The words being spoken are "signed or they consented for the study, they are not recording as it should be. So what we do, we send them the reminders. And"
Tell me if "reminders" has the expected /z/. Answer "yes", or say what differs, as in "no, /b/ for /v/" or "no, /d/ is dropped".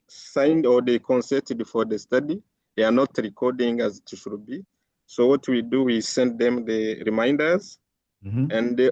yes